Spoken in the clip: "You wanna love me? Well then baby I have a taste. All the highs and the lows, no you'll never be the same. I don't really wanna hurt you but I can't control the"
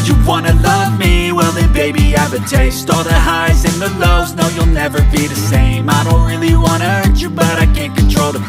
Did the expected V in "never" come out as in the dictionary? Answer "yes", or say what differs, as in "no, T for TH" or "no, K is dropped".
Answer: yes